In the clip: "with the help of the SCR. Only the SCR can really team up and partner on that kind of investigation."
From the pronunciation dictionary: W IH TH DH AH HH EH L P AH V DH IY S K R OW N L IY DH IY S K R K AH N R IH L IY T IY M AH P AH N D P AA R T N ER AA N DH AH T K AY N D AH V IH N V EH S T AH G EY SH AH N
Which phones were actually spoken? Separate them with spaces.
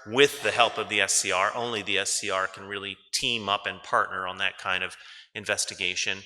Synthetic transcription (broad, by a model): W IH DH AH HH EH L P AH V DH IY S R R OW N L IY DH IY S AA R K N R IH L IY T IY M AH P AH N P AA R T N ER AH N DH AH T K AY N D AH V IH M V EH S T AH G EY SH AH N